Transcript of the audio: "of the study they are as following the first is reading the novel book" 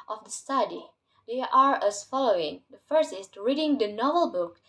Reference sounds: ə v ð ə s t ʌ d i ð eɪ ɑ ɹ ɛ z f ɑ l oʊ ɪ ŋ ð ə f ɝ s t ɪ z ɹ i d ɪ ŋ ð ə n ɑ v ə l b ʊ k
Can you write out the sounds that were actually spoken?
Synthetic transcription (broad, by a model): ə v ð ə s t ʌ d i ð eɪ ɑ ɹ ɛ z f ɑ l oʊ ɪ ŋ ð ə f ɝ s ɪ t ɹ i d ɪ ŋ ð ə n ɑ v ə l b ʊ k